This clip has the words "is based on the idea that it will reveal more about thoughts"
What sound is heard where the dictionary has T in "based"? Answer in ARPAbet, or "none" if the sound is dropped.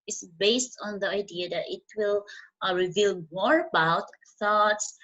T